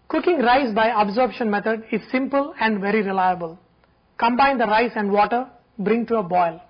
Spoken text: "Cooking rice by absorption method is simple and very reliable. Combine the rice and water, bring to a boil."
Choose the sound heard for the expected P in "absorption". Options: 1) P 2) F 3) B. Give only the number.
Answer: 3